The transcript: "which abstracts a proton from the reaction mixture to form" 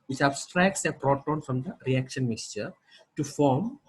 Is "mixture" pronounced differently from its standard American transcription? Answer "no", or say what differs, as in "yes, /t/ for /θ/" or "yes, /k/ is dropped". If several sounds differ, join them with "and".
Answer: no